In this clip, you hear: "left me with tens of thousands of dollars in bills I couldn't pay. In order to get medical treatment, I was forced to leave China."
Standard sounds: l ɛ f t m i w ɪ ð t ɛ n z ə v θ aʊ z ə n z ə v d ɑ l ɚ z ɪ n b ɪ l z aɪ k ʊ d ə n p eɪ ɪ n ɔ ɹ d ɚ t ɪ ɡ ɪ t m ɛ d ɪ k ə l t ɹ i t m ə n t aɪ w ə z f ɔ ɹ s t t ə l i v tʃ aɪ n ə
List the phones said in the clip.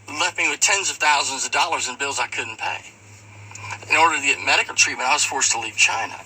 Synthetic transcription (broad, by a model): l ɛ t m i w ɪ ð t ɛ n z ə v θ aʊ z ə n z ə v d ɑ l ɚ z ɪ n b ɪ l z aɪ k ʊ d n p eɪ ɪ n ɔ ɹ d ɚ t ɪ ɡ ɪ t m ɛ d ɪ k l t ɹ i t m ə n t aɪ w ə z f ɔ ɹ s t t ə l i v tʃ aɪ n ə